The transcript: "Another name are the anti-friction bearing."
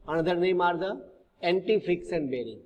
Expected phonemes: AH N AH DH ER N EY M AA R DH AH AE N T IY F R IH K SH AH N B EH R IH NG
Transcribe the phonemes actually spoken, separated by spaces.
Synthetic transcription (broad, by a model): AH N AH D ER N EY M AA R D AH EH N T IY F R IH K S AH N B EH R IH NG